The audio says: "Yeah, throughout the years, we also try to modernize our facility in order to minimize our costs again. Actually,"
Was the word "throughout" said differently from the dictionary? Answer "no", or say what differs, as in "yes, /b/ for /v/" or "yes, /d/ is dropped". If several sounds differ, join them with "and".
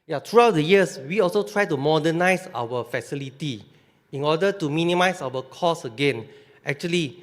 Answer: yes, /t/ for /θ/